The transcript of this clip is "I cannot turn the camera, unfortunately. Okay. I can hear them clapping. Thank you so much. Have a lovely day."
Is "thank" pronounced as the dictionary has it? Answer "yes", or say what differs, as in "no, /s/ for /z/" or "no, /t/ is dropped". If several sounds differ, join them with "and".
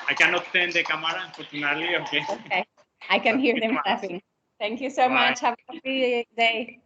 no, /t/ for /θ/